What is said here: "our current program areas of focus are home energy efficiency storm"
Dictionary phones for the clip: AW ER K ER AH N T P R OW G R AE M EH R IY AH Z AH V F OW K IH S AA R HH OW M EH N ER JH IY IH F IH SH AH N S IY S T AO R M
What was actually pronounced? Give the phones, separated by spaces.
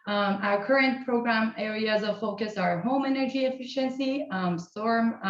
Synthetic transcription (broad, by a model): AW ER K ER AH N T P R OW G R AE M EH R IY AH Z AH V F OW K IH S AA R HH OW M EH N ER JH IY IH F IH SH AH N S IY S T AO R M